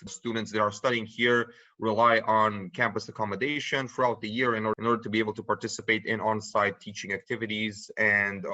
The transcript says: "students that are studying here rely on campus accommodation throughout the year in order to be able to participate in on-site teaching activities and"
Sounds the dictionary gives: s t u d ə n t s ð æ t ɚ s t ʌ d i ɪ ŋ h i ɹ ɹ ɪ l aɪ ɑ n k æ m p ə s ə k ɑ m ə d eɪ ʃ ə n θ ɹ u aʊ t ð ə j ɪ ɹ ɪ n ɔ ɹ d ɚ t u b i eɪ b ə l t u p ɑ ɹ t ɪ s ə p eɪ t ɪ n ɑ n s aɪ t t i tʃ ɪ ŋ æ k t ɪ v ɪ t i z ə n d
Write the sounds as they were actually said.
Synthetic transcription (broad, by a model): s t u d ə n t s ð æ t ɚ s t ʌ d i ɪ ŋ h i ɹ ɹ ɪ l aɪ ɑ n k æ m p ə s ə k ɑ m ə d eɪ ʃ ə n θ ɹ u aʊ t ð ə j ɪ ɹ ɪ n ɔ ɹ d ɚ t u b i eɪ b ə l t u p ɑ ɹ t ɪ s ə p eɪ t ɪ n ɑ n s aɪ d t i tʃ ɪ ŋ æ k t ɪ v ɪ t i z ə n d